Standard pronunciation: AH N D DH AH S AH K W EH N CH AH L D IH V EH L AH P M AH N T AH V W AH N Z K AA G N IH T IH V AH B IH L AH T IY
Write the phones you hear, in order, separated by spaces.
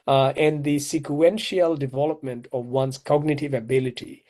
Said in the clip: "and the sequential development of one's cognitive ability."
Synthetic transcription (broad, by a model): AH N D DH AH S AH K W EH N SH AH L D IH V EH L AH P M AH N T AH V W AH N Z K AA G N IH T IH V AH B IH L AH T IY